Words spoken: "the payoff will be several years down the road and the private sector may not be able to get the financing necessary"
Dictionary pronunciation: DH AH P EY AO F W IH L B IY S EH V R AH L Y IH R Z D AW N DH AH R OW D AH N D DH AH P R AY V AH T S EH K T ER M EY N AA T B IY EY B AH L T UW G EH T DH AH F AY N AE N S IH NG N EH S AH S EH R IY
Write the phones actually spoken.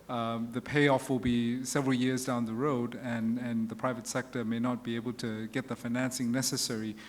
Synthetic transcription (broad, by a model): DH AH P EY AO F W IH L B IY S EH V R AH L Y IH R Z D AW N DH AH R OW D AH N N DH AH P R AY V AH T S EH K T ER M EY N AA T B IY EY B AH L T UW G EH T DH AH F AY N AE N S IH NG N EH S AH S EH R IY